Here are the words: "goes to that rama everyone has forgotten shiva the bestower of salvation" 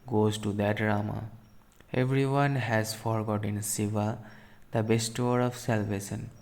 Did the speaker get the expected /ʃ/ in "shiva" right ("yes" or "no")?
no